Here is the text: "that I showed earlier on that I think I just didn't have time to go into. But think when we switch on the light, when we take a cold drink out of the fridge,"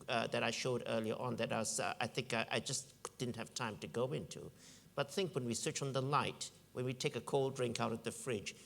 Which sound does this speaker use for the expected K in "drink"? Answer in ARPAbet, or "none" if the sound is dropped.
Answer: K